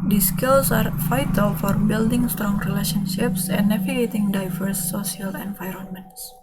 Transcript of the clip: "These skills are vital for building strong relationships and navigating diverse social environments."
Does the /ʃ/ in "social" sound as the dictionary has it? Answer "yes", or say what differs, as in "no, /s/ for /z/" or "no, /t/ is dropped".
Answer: no, /ʃ/ is dropped